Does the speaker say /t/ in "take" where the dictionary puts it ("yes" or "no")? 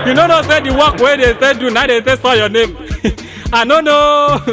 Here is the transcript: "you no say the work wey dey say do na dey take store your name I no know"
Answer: no